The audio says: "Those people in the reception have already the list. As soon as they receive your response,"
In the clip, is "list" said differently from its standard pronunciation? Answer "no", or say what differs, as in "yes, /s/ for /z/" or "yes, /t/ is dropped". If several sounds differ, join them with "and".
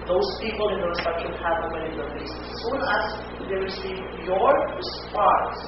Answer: yes, /t/ is dropped